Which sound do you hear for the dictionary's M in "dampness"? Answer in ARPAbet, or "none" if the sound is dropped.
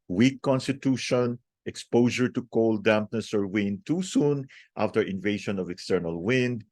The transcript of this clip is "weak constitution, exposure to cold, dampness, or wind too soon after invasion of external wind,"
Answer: M